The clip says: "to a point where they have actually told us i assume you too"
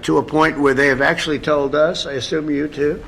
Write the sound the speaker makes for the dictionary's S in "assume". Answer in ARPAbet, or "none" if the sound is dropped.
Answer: S